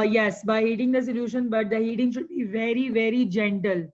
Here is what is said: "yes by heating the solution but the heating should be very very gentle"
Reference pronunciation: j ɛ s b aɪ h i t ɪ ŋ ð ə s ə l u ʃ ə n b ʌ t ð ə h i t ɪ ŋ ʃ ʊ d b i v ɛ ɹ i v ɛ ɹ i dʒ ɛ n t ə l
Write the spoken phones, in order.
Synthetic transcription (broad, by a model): j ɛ s b aɪ h i t ɪ ŋ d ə s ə l u ʃ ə n b ʌ t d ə h i t ɪ ŋ ʃ ʊ d b i v ɛ ɹ i v ɛ ɹ i dʒ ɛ n t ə l